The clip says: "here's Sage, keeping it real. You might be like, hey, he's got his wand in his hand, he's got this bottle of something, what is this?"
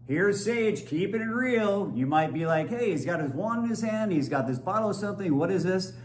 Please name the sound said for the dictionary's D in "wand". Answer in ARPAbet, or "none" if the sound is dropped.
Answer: none